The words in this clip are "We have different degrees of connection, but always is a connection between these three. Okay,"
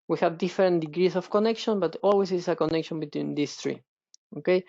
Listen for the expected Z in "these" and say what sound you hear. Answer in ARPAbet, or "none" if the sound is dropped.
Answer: S